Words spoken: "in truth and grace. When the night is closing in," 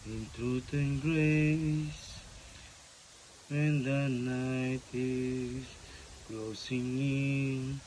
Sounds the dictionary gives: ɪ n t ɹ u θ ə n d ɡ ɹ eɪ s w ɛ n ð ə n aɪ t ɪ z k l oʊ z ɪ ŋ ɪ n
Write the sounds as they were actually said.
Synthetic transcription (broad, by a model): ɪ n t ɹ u t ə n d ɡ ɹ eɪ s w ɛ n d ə n aɪ t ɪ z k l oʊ s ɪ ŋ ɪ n